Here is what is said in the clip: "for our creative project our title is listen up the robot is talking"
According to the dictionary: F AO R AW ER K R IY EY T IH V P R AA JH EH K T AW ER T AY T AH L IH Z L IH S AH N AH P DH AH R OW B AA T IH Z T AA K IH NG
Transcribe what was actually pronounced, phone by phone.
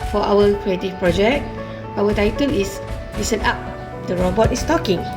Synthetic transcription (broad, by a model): F AO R AW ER K R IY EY T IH F P R AA JH EH K T AW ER T AY T AH L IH S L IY S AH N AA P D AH R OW B AA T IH S T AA K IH NG